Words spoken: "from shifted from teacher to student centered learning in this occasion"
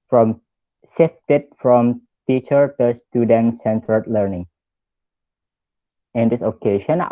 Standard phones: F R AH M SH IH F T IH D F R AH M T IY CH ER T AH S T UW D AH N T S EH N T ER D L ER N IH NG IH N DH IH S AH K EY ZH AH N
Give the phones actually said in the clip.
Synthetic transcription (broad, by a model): F R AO M S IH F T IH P F R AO M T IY CH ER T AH S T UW D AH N S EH N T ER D L ER N IH NG IH N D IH S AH K EY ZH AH N